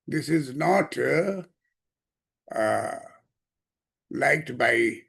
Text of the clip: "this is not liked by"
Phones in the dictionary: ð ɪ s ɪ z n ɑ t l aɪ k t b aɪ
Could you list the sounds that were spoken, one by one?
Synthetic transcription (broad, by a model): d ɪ s ɪ z n ɑ t l aɪ k t b aɪ